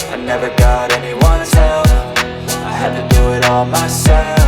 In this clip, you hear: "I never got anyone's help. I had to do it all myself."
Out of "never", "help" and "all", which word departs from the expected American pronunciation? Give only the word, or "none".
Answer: help